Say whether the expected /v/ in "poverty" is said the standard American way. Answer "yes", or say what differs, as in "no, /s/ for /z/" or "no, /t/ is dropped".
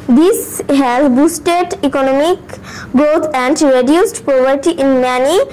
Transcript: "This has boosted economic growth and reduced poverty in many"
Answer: no, /p/ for /v/